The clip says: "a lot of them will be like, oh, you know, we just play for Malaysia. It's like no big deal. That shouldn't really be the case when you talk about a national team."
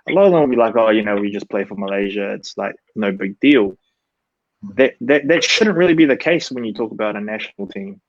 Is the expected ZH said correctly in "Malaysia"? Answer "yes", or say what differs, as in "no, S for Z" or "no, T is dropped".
yes